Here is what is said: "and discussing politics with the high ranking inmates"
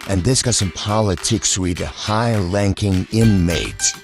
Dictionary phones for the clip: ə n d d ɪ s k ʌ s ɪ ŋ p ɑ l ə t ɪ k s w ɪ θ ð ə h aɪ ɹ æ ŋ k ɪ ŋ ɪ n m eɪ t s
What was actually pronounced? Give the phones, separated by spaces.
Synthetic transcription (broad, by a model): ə n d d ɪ s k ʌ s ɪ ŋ p ɑ l ə t ɪ k s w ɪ ð ə h aɪ l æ ŋ k ɪ ŋ ɪ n m eɪ t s